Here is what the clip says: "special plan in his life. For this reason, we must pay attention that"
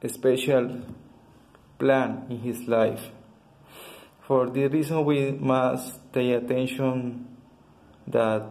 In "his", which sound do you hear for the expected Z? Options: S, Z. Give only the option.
S